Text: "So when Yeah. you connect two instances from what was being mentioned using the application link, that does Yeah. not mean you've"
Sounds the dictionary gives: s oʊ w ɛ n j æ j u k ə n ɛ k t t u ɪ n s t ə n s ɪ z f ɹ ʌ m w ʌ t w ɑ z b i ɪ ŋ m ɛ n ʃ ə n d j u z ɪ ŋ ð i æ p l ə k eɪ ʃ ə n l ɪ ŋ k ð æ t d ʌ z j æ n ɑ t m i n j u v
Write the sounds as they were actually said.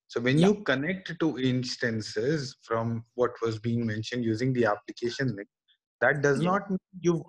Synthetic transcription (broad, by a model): s oʊ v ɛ n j j u k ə n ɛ k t t u ɪ n s t ə n s ɪ z f ɹ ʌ m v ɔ t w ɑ z b i ɪ ŋ m ɛ n ʃ ə n d j u z ɪ ŋ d i æ p l ə k eɪ ʃ ə n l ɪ k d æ t d ʌ z n ɑ t m i n j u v